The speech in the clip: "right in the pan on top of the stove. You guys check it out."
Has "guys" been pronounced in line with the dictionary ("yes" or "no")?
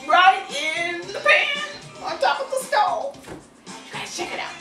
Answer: no